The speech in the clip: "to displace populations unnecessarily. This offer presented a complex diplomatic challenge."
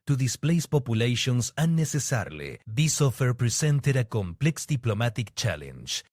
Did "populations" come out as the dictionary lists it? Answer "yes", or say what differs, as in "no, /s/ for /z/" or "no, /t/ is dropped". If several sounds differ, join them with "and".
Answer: no, /s/ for /z/